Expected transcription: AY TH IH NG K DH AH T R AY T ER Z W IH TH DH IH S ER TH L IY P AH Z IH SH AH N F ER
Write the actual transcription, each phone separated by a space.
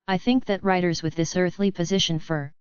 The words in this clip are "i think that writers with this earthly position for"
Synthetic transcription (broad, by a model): AY TH IH NG K DH AH T R AY T ER Z W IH DH IH S ER TH L IY P AH Z IH SH AH N F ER